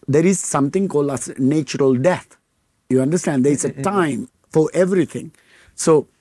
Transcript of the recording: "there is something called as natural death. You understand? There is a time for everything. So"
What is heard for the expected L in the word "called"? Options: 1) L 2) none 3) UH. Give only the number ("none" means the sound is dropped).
1